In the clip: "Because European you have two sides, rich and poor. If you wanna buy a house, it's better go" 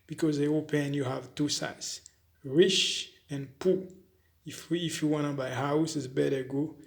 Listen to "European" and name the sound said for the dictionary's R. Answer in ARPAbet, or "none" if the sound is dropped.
none